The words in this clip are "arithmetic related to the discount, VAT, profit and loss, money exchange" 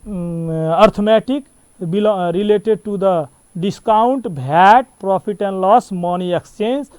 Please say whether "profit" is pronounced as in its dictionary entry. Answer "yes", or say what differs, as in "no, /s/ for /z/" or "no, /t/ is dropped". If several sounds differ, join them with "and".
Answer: no, /p/ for /f/